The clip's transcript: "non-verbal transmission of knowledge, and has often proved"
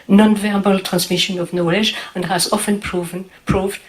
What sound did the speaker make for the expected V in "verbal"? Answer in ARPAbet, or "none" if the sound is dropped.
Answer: V